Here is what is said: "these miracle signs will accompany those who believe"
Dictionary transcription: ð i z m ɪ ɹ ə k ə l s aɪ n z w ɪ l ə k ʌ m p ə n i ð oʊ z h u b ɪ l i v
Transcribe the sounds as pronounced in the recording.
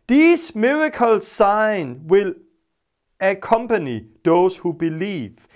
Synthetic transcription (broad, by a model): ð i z m ɪ ɹ ə k ə l s aɪ n w ɪ l ə k ʌ m p ə n i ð oʊ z h u b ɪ l i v